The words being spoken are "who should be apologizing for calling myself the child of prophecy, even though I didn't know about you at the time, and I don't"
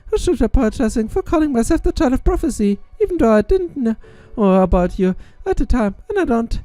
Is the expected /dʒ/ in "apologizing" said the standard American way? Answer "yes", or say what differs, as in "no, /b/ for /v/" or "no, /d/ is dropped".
no, /dʒ/ is dropped